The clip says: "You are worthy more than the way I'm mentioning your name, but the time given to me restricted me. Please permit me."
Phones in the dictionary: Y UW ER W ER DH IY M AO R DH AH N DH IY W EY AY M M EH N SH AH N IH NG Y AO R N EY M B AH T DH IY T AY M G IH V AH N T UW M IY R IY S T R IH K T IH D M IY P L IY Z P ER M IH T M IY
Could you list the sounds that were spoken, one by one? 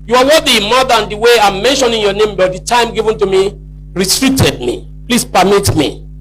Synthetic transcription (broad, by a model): Y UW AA W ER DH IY M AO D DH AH N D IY W EY AY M M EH N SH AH N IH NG Y AO N EY M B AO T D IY T AY M G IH V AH N T UW M IY R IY T R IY T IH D M IY P L IY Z P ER M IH T M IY